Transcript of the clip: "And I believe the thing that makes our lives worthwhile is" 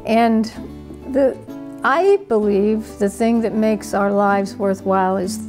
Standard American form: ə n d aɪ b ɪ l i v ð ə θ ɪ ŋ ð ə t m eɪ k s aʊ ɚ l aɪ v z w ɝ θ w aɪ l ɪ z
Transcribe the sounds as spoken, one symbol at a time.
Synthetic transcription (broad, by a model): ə n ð aɪ b ɪ l i v ð ə θ ɪ ŋ ð ə t m eɪ k s aʊ ɚ l aɪ v z w ɝ θ w aɪ l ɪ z